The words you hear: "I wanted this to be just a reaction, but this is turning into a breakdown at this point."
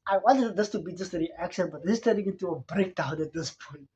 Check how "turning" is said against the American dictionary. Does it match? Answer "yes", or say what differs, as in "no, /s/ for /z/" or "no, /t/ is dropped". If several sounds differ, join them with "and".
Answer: no, /n/ is dropped